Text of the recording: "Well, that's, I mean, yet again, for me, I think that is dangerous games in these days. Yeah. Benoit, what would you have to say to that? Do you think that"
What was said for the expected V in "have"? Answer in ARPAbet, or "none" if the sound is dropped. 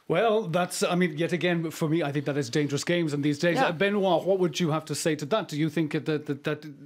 F